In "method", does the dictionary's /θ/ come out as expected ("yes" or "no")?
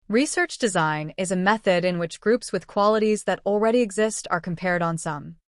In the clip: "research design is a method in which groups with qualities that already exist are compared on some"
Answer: yes